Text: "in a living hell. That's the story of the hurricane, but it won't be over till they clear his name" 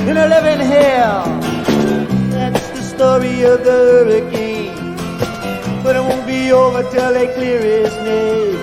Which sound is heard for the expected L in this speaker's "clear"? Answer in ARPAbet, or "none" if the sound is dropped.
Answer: L